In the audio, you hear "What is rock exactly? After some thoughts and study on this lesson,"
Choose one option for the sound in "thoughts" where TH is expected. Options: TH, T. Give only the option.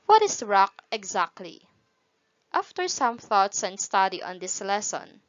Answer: TH